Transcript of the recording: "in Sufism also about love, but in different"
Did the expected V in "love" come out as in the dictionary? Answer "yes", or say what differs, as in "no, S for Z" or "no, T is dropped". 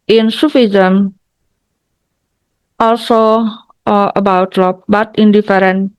no, P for V